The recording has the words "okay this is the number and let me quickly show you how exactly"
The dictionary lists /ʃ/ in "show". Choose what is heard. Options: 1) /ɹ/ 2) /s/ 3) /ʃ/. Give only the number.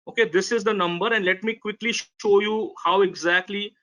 3